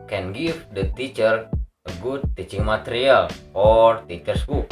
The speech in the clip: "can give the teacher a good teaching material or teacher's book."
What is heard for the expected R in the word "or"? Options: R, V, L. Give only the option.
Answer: R